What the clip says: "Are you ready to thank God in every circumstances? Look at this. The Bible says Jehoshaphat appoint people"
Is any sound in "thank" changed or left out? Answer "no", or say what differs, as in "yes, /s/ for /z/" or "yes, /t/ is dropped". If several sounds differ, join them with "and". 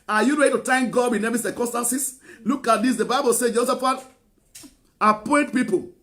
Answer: yes, /t/ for /θ/